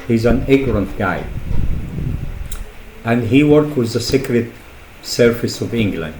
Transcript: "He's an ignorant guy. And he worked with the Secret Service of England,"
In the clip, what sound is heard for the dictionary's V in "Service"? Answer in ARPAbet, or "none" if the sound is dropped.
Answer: F